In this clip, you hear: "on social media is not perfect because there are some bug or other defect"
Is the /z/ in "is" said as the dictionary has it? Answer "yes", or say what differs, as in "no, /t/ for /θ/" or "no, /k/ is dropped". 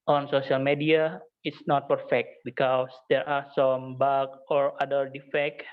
no, /s/ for /z/